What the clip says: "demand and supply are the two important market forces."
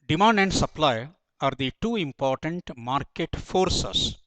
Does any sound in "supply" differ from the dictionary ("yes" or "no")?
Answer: no